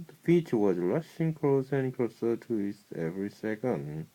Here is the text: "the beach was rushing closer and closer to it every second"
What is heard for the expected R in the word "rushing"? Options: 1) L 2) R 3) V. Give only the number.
1